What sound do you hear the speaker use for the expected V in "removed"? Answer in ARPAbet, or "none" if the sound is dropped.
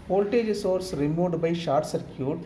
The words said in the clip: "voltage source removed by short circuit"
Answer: none